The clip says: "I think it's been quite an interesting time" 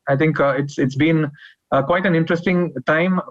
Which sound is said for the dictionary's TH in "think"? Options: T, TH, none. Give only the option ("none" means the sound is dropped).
T